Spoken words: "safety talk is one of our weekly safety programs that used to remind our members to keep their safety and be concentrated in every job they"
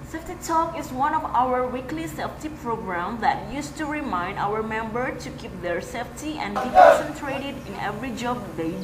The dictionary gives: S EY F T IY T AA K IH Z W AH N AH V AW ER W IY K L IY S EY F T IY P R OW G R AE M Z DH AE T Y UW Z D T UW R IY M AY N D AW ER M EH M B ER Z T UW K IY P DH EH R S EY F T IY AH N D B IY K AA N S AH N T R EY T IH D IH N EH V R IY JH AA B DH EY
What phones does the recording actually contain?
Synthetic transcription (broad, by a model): S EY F T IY T AA K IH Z W AH N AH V AW ER W IY K L IY S EY F T IY P R OW G R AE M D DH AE T Y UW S T UW R IY M AY N D AW ER M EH M B ER T UW K IY P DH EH R S EY F T IY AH N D B IY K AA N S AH N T R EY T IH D IH N EH V R IY JH AA B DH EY